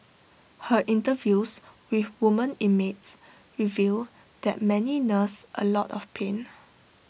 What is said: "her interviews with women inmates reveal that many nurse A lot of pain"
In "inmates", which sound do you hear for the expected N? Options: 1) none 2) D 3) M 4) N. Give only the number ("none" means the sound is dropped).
1